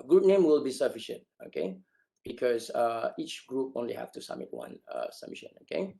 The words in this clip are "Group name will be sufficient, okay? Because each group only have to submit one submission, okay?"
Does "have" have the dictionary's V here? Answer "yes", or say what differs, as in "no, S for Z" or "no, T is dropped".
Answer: no, F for V